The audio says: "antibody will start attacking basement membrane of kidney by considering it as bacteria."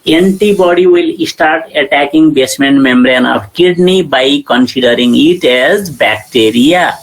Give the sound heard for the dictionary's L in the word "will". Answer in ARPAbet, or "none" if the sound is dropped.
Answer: L